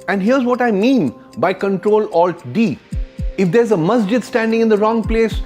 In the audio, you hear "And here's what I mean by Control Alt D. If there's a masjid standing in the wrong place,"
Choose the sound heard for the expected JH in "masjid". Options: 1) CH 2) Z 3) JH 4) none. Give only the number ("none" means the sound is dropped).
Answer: 3